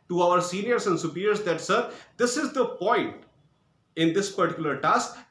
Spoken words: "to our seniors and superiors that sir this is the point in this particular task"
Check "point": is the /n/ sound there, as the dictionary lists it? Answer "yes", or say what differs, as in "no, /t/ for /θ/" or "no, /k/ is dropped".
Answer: yes